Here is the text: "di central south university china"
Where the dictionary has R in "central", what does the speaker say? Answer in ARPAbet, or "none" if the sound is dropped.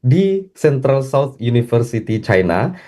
R